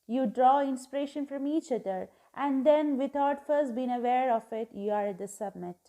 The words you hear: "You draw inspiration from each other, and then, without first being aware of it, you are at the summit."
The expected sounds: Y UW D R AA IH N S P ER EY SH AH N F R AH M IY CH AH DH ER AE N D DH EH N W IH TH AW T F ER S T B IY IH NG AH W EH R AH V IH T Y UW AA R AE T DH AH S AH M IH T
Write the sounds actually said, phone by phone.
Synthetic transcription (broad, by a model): Y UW D R AA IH N S P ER EY SH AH N F R AH M IY CH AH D ER AE N D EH N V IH T AW T F ER S T B IY IH NG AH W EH R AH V IH T Y UW AA R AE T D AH S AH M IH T